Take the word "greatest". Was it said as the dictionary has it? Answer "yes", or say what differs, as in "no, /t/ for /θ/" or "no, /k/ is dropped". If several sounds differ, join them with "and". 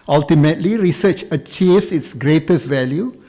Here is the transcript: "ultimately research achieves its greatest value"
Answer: yes